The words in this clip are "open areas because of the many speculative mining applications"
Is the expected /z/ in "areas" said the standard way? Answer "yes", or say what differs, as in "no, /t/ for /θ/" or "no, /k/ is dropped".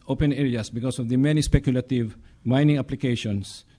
no, /s/ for /z/